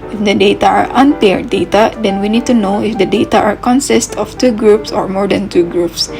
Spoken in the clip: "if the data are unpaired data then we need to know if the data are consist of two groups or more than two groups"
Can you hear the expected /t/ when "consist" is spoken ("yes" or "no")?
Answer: yes